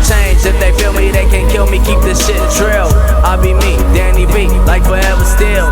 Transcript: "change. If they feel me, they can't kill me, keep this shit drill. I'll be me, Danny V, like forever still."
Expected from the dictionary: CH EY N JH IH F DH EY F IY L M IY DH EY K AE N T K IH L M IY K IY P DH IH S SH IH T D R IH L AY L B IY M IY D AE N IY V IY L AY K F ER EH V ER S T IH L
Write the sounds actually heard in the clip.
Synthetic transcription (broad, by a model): CH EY N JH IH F DH EY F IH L M IY DH EY K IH N K IH L M IY K IY P DH IH S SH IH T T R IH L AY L B IY M IY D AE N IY B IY L AY K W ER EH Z S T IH L